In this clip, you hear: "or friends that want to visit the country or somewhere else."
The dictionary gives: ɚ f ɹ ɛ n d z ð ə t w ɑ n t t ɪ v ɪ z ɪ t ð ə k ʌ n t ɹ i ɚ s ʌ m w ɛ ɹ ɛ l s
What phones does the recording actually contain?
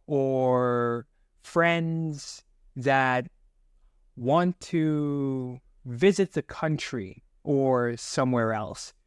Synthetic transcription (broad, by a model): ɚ f ɹ ɛ n d z ð ə t w ɑ n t t ɪ v ɪ z ɪ t ð ə k ʌ n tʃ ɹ i ɚ s ʌ m w ɛ ɹ ɛ l s